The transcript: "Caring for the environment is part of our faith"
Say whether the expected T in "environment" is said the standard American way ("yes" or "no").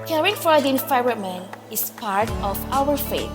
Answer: no